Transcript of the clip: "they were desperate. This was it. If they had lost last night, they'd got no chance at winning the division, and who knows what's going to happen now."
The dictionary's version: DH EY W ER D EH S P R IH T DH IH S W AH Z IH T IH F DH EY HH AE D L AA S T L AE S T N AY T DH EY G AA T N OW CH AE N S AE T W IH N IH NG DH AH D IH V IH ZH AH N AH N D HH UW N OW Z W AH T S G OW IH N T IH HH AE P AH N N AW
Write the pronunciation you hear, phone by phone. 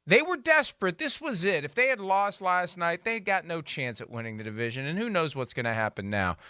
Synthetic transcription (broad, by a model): DH EY W ER D EH S P R IH T DH IH S W AH Z IH T IH F DH EY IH D L AA S T L AE S T N AY T DH EY G AA T N OW CH AE N S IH T W IH N IH NG DH AH D IH V IH ZH AH N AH N HH UW N OW Z W AH T S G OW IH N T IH HH AE P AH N N AW